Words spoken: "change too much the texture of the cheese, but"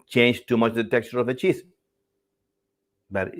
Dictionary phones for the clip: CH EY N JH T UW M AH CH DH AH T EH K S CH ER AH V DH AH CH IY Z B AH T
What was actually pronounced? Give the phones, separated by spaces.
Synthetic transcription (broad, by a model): CH EY N JH T UW M AH CH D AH T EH K CH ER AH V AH CH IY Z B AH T